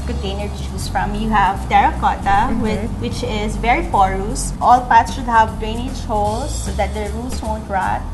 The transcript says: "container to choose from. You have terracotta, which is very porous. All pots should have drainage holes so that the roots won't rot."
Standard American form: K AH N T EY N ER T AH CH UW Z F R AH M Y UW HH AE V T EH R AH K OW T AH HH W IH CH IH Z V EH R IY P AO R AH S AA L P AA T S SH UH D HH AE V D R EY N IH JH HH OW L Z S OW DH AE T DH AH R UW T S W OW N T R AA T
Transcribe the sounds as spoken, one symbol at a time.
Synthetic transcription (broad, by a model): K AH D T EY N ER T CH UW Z F R AH M Y UW HH AE V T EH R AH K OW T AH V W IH CH IH Z V EH R IY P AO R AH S AA L P AA T S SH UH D HH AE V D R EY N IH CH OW Z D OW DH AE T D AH R UW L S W OW N T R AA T